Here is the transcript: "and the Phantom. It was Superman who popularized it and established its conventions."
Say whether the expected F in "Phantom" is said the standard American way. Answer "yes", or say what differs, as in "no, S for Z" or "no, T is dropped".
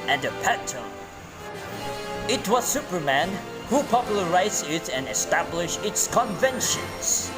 no, P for F